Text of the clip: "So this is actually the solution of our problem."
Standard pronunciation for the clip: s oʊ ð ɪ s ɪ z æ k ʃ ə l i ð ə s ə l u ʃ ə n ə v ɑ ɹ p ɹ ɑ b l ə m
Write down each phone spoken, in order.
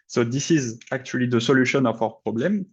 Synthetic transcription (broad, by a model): s oʊ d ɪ s ɪ z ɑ k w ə l i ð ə s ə l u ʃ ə n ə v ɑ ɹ p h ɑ b l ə m